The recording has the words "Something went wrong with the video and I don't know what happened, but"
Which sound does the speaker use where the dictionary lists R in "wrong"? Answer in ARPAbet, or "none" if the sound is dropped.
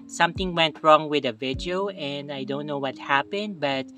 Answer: R